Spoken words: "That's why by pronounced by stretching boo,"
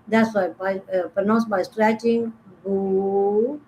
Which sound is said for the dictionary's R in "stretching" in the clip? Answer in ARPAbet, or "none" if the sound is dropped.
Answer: R